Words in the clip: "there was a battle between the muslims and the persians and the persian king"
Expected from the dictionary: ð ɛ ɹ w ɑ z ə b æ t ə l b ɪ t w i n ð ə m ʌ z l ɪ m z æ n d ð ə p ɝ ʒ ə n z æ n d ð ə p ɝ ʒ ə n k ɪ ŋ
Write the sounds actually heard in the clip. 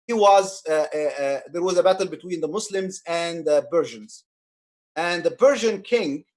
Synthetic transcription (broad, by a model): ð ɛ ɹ w ɑ z ə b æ t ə l b ɪ t w i n ð ə m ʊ s l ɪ m z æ n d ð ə b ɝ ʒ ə n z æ n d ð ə b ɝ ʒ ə n k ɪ ŋ